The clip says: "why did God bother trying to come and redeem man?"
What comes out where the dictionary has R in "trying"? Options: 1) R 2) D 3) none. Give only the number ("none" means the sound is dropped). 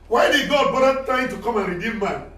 3